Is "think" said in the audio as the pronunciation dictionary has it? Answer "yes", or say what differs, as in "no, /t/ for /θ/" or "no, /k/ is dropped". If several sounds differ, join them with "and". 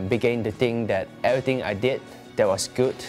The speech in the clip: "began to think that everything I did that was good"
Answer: no, /t/ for /θ/